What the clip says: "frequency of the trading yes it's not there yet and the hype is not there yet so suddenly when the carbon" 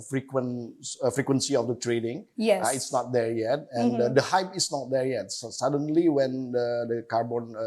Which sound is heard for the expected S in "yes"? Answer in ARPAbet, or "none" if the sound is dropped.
none